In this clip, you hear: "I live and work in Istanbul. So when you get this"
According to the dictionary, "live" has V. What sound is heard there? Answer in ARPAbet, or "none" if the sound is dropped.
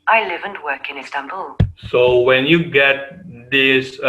V